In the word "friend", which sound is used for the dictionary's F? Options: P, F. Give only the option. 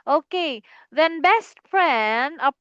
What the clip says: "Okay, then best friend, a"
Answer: P